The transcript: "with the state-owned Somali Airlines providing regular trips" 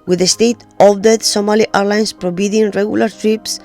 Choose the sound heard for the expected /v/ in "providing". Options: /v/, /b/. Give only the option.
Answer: /b/